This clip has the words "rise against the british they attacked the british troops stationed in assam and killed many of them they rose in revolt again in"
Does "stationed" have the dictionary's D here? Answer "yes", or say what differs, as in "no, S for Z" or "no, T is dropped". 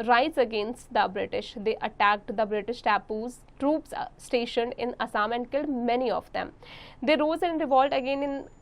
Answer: yes